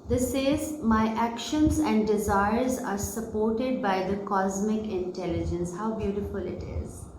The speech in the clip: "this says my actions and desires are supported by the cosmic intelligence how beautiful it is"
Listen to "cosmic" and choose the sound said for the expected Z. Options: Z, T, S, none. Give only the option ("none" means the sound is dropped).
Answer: Z